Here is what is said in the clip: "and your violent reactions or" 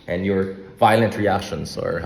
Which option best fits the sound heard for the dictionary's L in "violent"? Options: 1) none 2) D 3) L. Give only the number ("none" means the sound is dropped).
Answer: 3